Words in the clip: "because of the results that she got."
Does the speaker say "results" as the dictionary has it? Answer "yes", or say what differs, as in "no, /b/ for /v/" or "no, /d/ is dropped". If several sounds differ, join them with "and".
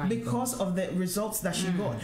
yes